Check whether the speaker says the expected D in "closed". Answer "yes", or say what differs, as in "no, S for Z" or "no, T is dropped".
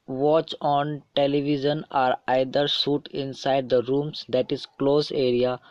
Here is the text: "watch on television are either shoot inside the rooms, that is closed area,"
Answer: no, D is dropped